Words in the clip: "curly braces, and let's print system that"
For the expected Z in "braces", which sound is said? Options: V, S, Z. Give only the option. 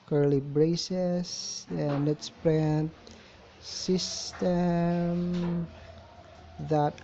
S